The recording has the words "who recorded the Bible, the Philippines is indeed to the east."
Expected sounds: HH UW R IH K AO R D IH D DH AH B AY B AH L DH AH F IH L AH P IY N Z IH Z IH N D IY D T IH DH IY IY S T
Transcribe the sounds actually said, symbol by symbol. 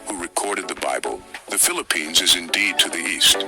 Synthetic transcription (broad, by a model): HH UW R IH K AO R D IH D DH AH B AY B AH L DH AH F IH L AH P IY N Z IH Z IH N D IY D T IH DH IY IY S T